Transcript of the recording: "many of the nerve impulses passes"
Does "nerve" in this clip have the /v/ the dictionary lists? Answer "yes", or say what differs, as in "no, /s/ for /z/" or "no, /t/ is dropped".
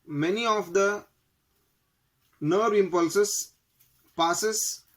no, /v/ is dropped